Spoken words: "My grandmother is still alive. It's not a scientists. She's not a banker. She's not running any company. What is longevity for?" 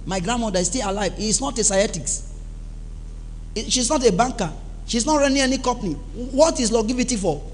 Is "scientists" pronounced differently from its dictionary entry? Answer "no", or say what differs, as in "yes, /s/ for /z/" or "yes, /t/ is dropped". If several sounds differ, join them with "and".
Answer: yes, /n/ is dropped